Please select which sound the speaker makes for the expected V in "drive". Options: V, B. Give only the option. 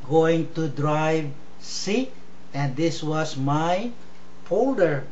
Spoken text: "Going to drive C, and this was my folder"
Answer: V